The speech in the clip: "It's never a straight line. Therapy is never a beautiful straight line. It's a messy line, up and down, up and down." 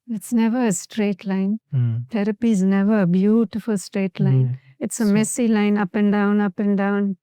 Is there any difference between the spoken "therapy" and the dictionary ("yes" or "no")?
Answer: yes